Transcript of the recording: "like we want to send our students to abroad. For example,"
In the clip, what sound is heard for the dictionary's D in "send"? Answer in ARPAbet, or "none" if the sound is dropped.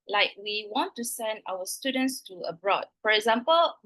D